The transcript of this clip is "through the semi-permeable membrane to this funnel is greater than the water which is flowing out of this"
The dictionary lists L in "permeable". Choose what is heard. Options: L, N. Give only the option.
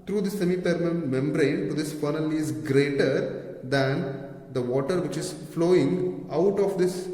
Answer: N